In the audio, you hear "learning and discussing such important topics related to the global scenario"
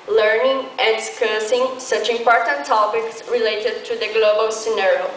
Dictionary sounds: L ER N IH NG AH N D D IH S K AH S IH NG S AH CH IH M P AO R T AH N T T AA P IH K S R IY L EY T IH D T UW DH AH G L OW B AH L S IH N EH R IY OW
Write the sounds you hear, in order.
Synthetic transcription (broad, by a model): L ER N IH NG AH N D D IH S K AH S IH NG S AH CH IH M P AO R T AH N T T AA P IH K S R IY L EY T IH D T UW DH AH G L OW B AH L S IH N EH R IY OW